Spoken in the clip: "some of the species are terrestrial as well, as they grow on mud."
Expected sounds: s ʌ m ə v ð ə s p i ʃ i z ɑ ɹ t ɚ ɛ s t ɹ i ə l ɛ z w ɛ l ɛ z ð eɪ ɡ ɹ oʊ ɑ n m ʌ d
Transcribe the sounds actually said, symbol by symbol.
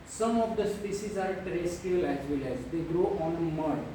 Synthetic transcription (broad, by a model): s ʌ m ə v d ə s p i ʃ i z ɑ ɹ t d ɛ s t i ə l ɛ z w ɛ l ɛ z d eɪ ɡ ɹ oʊ ɑ n m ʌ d